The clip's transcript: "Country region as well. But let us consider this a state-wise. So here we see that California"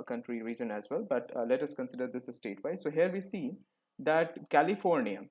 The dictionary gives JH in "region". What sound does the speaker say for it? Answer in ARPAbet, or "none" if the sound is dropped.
JH